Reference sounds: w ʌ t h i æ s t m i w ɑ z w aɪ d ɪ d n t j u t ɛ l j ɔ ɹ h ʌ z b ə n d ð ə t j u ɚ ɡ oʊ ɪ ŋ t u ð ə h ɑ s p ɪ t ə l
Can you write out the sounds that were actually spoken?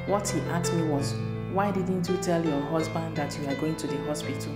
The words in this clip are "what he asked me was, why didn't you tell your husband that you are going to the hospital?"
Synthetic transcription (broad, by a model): w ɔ t h i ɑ t m i w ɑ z w aɪ d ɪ d n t j u t ɛ l j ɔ h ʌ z b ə n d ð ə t j u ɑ ɡ oʊ ɪ ŋ t u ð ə h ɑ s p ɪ t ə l